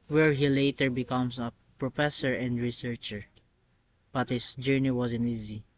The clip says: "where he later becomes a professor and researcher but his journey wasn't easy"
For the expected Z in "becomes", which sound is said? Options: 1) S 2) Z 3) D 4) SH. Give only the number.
1